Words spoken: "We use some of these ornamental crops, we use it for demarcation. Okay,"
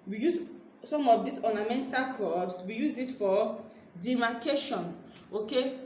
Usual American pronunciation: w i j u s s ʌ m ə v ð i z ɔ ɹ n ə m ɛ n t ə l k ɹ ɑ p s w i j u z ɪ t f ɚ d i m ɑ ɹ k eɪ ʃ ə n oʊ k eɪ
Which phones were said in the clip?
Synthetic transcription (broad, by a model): w i j u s s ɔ m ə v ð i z ɔ n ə m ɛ n t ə l k ɑ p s w i j u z ɪ t f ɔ d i m ɑ k eɪ ʃ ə n oʊ k eɪ